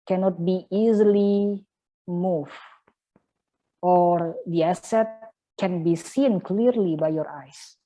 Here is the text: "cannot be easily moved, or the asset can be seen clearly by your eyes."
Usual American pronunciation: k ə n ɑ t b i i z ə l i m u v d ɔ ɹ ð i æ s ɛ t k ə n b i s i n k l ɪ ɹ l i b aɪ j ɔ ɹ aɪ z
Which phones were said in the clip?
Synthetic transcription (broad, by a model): k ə n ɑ t b i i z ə l i m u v ɔ ɹ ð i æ s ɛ t k ə n b i s i n k l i ɹ l i b aɪ j ɔ ɹ aɪ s